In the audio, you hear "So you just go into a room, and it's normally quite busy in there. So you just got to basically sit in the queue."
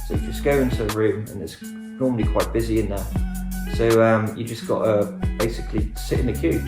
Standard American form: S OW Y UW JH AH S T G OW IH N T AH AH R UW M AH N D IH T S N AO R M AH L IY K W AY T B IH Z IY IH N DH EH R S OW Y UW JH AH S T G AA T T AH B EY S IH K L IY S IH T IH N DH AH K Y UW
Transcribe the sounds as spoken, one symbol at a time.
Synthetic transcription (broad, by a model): S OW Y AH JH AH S G OW IH N T AH AH R UW M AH N IH T S N AO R M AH L IY K W AY T B IH Z IY IH N DH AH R S OW Y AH JH AH S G AA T T AH B EY S IH K L IY S IH T IH N DH AH K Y UW